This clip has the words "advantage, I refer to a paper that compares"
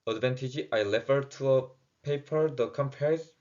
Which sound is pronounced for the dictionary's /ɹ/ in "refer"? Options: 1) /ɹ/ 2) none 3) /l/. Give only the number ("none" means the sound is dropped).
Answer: 3